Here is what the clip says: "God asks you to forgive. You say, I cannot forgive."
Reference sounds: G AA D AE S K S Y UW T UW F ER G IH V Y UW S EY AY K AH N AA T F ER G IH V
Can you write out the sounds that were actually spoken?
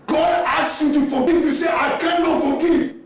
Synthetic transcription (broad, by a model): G AA D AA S S Y UW T UW F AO G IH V Y UW S EY AY K AH N AA T F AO G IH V